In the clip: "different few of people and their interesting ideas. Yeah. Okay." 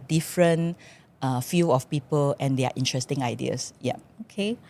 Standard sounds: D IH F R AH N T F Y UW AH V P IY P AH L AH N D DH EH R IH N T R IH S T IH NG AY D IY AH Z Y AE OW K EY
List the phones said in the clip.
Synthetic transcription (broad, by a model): D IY F R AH N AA F Y UW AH F P IY P AH L AH N D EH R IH N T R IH S T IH NG AY D IY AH S Y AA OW K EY